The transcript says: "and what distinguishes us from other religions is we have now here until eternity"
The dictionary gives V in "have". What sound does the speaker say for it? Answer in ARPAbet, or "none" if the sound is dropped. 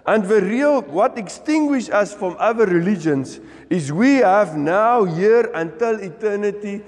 V